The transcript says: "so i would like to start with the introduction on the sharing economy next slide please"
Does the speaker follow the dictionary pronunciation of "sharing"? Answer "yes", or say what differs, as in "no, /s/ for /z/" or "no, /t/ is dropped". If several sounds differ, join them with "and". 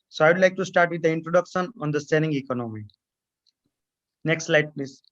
no, /s/ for /ʃ/